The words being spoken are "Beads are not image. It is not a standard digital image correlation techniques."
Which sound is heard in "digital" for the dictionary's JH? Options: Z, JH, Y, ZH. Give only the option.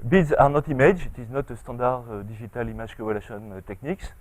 ZH